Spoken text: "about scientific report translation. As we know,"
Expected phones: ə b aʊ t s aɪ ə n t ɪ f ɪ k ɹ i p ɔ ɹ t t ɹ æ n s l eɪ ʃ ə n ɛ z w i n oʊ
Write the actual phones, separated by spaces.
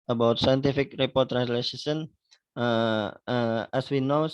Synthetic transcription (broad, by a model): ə b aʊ t s aɪ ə n t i f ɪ k ɹ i p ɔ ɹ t t ɹ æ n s l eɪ s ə n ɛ s w i n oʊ